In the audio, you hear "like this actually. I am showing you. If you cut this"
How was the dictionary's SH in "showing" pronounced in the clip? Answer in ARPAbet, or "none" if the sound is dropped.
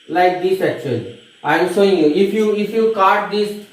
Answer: S